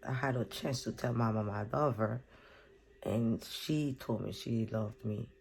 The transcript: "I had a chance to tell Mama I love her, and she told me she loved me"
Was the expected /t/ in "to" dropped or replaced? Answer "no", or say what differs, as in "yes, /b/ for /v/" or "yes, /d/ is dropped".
no